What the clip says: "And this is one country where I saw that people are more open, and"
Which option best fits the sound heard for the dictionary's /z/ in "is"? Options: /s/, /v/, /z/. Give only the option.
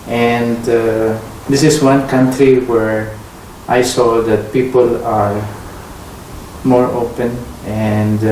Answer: /s/